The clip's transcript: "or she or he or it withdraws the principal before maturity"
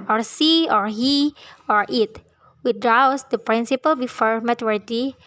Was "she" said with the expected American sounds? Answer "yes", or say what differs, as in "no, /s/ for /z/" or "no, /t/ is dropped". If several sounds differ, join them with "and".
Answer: no, /s/ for /ʃ/